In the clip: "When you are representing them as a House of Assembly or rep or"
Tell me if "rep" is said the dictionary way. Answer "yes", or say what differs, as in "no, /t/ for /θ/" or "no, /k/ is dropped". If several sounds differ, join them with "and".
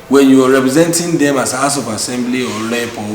no, /l/ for /ɹ/